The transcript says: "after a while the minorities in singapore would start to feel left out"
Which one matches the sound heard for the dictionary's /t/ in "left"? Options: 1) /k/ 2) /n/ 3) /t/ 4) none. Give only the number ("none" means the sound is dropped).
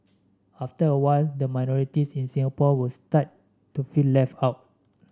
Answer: 4